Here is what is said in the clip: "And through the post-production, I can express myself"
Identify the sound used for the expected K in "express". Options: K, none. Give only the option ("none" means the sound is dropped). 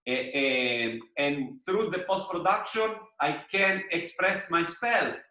K